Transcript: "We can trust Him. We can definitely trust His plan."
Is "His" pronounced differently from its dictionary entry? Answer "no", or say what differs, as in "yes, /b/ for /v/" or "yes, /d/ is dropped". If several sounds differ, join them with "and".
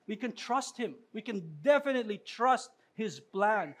no